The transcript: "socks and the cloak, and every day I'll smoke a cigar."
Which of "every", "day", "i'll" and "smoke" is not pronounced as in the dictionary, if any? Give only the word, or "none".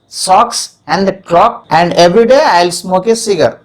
none